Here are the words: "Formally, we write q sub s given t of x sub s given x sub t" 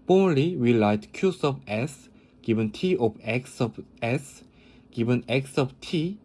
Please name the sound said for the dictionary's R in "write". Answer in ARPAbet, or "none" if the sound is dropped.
L